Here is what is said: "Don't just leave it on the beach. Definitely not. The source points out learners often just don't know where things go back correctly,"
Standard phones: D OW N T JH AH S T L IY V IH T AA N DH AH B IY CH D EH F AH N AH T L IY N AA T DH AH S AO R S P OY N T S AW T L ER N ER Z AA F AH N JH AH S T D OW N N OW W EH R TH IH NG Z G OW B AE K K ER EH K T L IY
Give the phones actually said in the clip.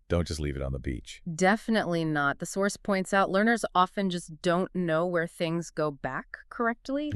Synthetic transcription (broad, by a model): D OW N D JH AH S T L IY V IH T N DH AH B IY CH D EH F AH N AH T L IY N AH T DH AH S AO R S P OY N T S AW T L ER N ER Z AA F AH N JH AH S D OW N N OW W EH R TH IH NG Z G OW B AE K K ER EH K T L IY